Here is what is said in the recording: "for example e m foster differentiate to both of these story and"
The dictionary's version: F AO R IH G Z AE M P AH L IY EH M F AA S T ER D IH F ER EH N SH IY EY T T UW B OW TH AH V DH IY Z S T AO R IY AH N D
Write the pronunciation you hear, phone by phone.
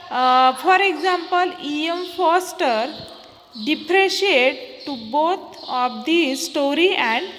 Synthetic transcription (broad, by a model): F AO R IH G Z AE M P AH L IY EH M F AA S T ER D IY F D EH SH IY EY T T UW B OW T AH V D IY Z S T AO R IY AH N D